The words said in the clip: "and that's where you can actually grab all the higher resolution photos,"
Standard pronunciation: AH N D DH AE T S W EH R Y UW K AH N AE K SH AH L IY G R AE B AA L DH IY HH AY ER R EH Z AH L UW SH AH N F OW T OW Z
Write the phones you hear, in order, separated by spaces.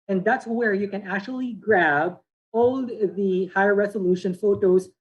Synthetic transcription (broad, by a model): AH N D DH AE T S W EH R Y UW K AH N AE K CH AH L IY G R AE B AA L DH IY HH AY ER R EH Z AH L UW SH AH N F OW T OW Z